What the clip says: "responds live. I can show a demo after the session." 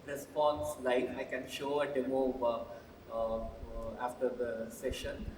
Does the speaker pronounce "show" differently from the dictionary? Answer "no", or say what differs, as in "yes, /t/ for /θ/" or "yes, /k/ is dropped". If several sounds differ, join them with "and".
no